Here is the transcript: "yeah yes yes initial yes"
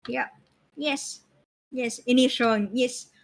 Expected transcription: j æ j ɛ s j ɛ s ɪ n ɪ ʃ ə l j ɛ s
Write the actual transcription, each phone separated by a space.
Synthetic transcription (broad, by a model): j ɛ j ɛ s j ɛ s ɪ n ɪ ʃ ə n j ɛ s